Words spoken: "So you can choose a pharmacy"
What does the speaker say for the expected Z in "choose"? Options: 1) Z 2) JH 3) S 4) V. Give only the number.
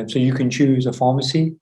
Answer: 1